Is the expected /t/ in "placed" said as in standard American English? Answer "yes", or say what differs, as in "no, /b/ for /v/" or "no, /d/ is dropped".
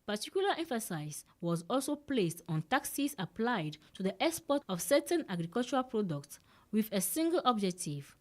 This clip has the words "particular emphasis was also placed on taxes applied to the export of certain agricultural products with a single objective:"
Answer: yes